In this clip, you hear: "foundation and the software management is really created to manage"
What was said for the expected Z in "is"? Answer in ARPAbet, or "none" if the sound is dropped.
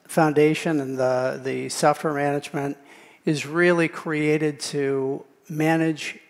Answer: Z